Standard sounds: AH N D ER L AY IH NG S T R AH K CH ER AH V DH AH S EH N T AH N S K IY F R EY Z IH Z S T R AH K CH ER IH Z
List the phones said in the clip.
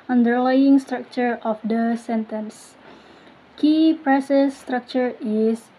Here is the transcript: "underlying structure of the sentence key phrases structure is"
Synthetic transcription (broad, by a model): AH N D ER L AY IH NG S T R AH K CH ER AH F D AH S EH N T AH N S K IY P R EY S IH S T R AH K CH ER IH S